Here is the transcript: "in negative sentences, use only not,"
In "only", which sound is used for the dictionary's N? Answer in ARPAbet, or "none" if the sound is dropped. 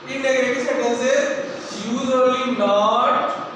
none